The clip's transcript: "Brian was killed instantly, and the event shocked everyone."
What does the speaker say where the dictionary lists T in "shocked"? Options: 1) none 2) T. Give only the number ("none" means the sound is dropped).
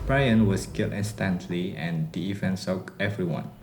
1